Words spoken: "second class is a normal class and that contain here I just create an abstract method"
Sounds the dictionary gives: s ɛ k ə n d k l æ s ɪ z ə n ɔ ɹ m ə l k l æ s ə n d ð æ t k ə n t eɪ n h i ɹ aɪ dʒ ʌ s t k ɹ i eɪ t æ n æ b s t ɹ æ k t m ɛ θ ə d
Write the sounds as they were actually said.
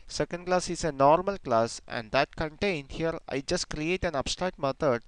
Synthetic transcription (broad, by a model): s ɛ k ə n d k l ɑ s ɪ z ə n ɔ ɹ m ə l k l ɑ s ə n d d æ t k ə n t eɪ n h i ɹ aɪ dʒ ʌ s t k ɹ i eɪ t æ n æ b s t ɹ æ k t m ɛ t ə d